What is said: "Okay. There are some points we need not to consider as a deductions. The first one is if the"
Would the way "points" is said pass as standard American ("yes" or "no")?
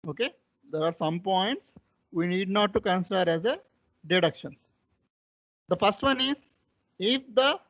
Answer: yes